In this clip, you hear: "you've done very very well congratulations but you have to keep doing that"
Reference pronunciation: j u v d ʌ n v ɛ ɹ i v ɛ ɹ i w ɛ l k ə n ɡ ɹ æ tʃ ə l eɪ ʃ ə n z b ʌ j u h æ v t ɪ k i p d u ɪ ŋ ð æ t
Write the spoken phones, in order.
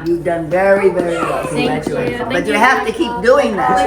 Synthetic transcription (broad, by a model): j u v d ʌ n v ɛ ɹ i v ɛ ɹ i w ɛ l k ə ɡ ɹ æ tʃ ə eɪ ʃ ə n b ʌ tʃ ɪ h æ f t ɪ k i p d u ɪ ŋ ð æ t